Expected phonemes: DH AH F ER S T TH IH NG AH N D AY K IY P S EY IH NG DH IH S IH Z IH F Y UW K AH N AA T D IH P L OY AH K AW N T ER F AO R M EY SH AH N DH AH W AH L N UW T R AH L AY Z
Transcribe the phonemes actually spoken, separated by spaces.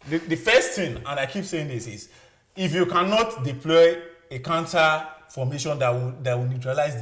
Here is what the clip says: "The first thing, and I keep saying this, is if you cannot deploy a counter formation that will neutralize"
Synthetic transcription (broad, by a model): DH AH F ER S T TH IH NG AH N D AY K IY P S EY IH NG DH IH S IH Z IH F Y UW K AH N AA T D IH P L OY AH K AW N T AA F AO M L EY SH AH N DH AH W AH W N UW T R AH L AY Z